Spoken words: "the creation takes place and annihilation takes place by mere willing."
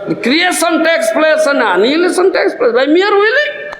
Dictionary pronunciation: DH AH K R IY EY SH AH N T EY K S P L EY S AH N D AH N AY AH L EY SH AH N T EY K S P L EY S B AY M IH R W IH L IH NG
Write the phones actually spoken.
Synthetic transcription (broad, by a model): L K R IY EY S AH N T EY K S P L EY S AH N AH N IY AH L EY S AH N T EY K S P L EY S B AY M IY R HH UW L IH